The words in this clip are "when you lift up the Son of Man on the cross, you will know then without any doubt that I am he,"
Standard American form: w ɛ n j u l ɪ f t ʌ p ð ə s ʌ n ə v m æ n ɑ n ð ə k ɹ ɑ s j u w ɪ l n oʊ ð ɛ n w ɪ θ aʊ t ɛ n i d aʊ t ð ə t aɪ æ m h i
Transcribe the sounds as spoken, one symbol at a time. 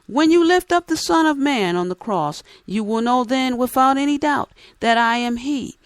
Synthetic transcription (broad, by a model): w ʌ n j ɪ l ɪ f t ʌ p ð ə s ʌ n ə v m æ n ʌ n ð ə k ɹ ɑ s j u w ɪ l n oʊ ð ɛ n w ɪ θ aʊ t ɛ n i d aʊ t ð ə t aɪ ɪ m h i